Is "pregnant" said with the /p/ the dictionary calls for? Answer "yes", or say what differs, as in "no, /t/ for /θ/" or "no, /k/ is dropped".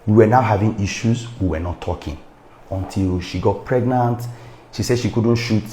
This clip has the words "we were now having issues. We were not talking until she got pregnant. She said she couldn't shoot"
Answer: yes